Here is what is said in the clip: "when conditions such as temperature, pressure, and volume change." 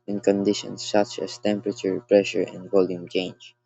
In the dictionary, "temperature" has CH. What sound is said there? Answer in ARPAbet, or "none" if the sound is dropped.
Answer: CH